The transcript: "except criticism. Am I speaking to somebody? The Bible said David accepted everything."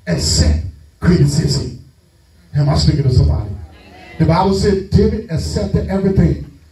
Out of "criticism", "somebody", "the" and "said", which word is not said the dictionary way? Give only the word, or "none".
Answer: criticism